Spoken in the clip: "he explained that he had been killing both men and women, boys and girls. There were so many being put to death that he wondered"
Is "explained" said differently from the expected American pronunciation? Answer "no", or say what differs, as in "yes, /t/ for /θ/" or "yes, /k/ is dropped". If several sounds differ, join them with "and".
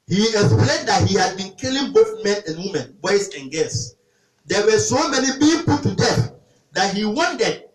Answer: no